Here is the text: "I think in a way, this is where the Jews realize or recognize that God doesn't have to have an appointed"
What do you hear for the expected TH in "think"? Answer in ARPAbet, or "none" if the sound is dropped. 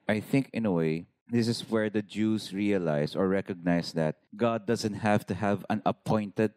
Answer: TH